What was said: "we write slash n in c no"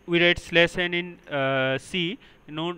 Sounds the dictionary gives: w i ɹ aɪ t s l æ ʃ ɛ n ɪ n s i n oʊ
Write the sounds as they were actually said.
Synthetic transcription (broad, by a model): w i ɹ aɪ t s l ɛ s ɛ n ɪ n s i n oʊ